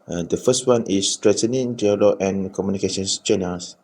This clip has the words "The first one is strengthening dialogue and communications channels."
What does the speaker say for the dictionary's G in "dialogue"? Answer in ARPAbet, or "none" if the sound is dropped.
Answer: none